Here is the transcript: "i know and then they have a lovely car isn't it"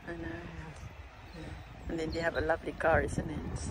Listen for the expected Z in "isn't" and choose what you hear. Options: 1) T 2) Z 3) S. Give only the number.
3